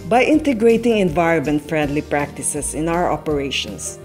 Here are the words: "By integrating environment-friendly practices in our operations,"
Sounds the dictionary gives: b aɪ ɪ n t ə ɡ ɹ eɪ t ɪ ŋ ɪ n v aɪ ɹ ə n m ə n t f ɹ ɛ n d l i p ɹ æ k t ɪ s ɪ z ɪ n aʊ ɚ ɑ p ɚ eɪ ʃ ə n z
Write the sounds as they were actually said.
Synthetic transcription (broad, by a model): b aɪ ɪ n t ə ɡ ɹ eɪ t ɪ ŋ ɪ n v aɪ ɹ ə n m ə n t f ɹ ɛ n d l i p ɹ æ k t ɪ s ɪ s ɪ n aʊ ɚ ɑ p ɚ eɪ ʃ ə n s